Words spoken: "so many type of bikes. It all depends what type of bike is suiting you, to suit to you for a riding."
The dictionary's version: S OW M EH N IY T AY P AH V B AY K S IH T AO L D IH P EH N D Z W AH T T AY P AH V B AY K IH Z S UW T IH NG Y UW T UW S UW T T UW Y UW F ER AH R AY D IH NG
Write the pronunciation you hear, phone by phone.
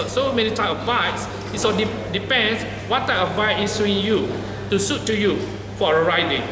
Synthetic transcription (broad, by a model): S OW M EH N IY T AY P AH V AY S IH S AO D D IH P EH N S W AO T T AY P AH V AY IH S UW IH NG Y UW T UW S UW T T UW Y UW F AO AH R AY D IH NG